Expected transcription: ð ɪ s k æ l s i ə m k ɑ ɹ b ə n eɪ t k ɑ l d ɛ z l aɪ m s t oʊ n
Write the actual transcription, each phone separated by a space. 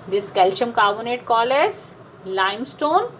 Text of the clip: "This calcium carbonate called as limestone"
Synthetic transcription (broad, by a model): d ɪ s k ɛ l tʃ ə m k ɑ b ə n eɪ t k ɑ l ɛ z l aɪ m s t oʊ n